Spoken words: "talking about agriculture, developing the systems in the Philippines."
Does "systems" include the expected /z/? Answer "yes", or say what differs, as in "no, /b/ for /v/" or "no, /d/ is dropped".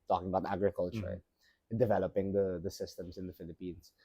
no, /s/ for /z/